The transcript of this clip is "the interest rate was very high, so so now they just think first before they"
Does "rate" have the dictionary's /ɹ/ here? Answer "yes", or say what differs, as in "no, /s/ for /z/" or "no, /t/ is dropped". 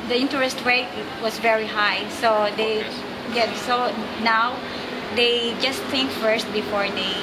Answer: no, /w/ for /ɹ/